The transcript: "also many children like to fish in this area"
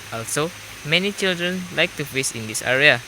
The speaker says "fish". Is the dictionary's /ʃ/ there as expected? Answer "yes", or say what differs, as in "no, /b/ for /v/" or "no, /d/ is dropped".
no, /s/ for /ʃ/